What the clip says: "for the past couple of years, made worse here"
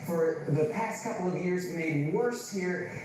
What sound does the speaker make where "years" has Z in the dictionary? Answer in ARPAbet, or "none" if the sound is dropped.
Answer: Z